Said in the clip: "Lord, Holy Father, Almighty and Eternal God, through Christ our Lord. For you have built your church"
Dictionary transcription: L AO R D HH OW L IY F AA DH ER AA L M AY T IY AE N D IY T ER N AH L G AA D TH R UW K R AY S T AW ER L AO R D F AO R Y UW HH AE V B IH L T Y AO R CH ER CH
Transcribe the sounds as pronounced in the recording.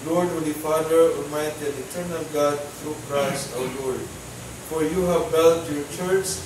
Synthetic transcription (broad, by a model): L AO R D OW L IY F AA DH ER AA M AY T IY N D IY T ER N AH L G AA D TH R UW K R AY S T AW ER L AO R D F AO R Y UW HH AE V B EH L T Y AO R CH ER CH